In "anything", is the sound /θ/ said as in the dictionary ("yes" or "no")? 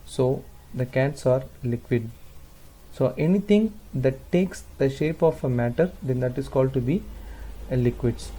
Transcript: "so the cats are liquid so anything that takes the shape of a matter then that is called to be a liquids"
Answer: no